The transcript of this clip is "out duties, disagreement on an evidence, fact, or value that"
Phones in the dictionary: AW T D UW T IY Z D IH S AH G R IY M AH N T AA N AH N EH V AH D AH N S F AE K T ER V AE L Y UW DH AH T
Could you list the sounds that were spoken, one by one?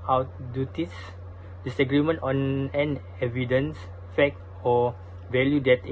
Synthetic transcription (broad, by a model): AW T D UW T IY S D IH S AH G R IY M AH N T AA N AH N EH V AH D AH N S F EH K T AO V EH L Y UW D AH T